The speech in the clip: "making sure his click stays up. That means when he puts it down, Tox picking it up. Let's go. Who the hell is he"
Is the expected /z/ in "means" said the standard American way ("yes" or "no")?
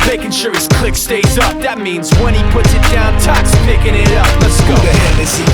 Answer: yes